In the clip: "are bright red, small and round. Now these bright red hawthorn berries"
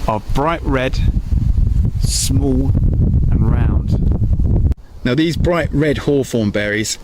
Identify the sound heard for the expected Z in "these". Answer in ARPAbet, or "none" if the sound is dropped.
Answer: Z